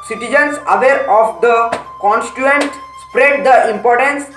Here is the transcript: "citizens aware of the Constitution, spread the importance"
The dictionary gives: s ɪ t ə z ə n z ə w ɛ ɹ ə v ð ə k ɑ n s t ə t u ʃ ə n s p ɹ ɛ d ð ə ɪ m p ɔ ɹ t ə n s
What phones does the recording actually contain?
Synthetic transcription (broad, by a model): s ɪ t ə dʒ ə n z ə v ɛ ɹ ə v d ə k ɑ n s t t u ə n s p ɹ ɛ d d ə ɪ m p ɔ ɹ t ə n s